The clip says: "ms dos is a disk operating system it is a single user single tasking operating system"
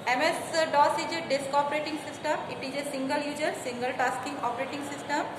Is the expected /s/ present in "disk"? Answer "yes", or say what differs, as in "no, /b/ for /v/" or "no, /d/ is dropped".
yes